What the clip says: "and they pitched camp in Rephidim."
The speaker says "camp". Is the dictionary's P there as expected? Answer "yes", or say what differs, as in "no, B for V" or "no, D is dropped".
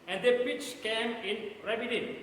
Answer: no, P is dropped